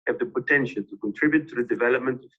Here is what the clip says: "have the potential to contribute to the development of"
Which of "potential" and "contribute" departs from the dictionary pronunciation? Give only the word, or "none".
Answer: none